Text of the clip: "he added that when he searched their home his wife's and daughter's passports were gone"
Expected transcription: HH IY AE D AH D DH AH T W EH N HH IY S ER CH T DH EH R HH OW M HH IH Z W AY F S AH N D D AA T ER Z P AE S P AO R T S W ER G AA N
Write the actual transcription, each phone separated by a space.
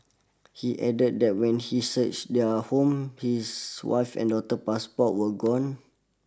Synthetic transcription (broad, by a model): HH IY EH D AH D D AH T W EH N HH IY S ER CH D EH HH OW M HH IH S W AY F AH N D D AA T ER P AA S P AO T W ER G AA N